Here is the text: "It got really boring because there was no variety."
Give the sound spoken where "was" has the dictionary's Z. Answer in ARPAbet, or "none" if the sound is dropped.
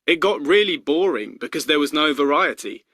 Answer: Z